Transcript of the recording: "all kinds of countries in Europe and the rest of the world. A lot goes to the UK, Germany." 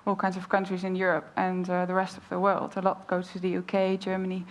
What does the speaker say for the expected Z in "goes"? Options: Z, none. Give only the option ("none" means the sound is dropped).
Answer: none